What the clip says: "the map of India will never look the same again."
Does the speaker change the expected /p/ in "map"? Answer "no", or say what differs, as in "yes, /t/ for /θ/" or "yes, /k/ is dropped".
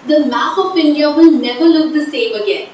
yes, /f/ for /p/